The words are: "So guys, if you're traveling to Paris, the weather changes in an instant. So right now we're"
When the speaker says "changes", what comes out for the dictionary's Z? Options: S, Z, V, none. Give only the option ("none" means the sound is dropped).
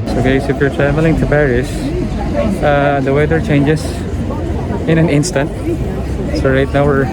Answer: S